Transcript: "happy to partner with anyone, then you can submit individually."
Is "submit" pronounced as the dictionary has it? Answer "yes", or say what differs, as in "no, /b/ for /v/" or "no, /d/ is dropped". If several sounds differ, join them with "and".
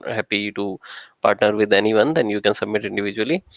yes